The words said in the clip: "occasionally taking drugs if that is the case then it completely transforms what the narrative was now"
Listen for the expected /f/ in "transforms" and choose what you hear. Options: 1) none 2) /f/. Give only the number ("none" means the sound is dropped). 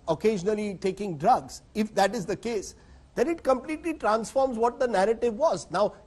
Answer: 2